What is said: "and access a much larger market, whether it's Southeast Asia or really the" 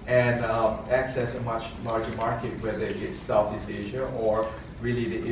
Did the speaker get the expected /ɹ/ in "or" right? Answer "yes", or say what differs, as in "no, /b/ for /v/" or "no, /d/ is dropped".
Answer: yes